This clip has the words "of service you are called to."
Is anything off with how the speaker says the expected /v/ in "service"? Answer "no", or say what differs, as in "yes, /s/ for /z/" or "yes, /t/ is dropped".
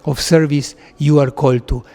no